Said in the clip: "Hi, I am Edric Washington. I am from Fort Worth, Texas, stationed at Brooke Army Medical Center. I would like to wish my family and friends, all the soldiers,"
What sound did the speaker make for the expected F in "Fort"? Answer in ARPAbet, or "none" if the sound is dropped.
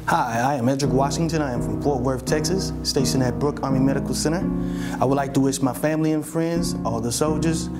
P